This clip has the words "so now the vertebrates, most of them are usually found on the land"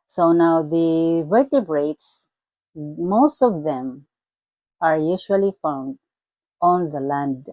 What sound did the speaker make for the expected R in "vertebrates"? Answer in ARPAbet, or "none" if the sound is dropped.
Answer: R